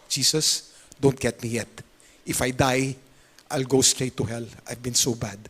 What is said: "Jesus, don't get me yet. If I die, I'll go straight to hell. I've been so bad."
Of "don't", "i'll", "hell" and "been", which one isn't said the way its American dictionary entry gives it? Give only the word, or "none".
none